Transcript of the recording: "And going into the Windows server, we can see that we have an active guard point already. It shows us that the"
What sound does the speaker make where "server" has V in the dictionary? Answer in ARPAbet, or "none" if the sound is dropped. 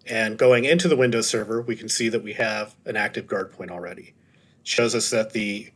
V